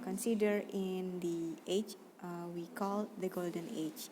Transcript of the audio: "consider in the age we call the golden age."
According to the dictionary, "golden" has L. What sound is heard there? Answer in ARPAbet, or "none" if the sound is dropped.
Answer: L